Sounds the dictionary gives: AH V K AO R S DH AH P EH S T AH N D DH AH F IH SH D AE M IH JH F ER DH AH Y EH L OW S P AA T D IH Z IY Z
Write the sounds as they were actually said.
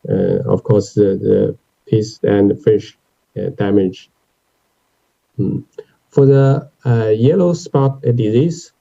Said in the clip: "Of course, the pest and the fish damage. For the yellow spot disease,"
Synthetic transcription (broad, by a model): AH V K AO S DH DH AH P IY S AH N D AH F IH SH D AE M IH JH F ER DH AH Y EH L OW S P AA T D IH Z IY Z